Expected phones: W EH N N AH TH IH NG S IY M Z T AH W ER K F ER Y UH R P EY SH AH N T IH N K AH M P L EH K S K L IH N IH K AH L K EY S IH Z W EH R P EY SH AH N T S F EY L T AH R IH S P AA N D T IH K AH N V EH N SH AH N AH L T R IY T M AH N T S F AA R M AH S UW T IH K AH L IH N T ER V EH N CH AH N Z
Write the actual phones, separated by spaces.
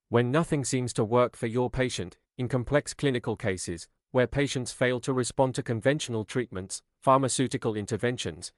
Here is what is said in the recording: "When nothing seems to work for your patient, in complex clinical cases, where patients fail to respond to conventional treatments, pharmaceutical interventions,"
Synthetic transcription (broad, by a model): W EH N N AH TH IH NG S IY M Z T AH W ER K F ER Y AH R P EY SH AH N T IH N K AH M P L EH K S K L IH N IH K AH L K EY S IH Z W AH R P EY SH AH N T S F EY L T AH R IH S P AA N T IH K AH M V EH N SH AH N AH L T R IY T M AH N T S F AA R M AH S UW T IH K AH L IH N T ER V EH N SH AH N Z